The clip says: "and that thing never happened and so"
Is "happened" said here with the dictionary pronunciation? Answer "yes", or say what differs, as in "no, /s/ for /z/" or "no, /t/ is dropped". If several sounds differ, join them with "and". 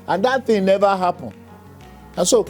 no, /d/ is dropped